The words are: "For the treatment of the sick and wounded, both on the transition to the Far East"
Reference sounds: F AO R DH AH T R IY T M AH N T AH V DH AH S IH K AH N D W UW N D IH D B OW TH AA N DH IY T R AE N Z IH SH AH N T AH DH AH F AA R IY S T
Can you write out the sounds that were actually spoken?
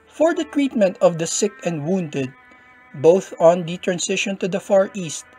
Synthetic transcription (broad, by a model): F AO R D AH T R IY T M AH N T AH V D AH S IH K AH N D W UW N D IH D B OW TH AA N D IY T R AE N S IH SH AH N T AH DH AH F AA R IY S T